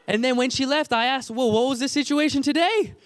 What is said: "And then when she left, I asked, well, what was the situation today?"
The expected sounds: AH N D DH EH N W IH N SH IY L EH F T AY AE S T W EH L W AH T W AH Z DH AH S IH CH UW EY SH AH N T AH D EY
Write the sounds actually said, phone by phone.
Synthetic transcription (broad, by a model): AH N DH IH N W IH N SH IY L EH F T AY AE S T W EH L W AH T W AH Z DH AH S IH CH UW EY SH AH N T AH D EY